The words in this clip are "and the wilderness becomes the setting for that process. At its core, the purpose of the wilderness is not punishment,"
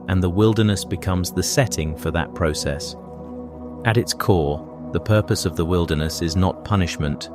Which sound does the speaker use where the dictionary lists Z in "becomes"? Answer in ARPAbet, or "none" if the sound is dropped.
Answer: Z